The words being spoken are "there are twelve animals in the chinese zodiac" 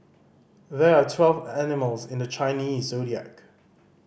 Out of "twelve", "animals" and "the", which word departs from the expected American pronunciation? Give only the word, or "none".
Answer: none